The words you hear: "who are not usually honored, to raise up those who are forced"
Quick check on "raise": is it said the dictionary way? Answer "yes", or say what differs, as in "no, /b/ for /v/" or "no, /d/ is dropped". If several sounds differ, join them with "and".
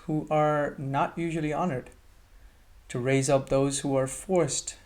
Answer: yes